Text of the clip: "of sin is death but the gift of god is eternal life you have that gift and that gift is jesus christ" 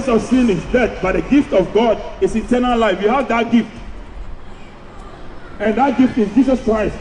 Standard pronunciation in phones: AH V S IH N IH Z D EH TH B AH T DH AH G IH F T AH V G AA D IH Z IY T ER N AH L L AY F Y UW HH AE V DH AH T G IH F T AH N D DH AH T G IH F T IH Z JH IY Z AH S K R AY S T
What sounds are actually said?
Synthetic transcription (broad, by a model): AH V S IH N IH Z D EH T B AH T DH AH G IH F T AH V G AA D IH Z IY T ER N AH L L AY F Y UW HH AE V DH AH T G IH F T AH N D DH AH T G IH F T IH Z JH IY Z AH S K R AY S T